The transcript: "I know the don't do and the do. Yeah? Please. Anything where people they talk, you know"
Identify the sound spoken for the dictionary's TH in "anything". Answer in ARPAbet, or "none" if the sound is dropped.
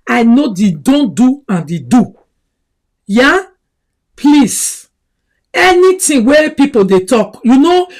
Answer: T